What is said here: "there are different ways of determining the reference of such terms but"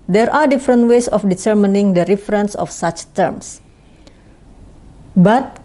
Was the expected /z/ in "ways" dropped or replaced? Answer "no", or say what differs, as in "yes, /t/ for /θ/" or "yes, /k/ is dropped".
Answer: yes, /s/ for /z/